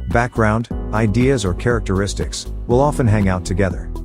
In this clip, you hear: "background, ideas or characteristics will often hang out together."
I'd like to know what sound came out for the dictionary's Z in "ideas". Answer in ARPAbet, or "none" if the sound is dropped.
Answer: Z